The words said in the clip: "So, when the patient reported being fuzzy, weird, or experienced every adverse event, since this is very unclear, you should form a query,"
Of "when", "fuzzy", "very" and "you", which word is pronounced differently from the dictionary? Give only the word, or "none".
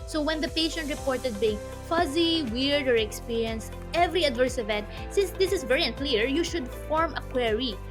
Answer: none